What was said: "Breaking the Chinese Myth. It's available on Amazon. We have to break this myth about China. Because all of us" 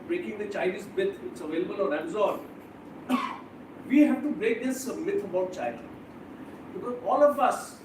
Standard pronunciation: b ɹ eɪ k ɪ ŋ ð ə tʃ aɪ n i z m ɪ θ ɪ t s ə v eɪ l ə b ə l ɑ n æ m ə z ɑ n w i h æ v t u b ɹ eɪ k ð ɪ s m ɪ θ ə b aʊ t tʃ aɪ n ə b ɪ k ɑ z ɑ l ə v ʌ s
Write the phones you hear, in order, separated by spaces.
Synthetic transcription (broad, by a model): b ɹ eɪ k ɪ ŋ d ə tʃ aɪ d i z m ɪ t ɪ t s ə v eɪ l ə b ə l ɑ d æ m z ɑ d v i h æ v t u b ɹ eɪ k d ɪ s m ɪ t ə b aʊ t tʃ aɪ l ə b ɪ k ɑ z ɑ l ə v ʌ s